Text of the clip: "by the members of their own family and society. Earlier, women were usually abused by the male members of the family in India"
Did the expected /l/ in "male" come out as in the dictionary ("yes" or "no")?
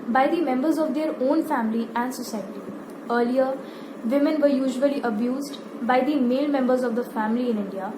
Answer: yes